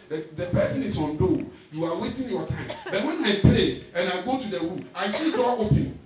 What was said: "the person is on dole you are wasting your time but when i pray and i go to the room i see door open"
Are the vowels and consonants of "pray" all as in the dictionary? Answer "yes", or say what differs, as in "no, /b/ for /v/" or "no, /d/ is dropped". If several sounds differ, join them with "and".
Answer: no, /l/ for /ɹ/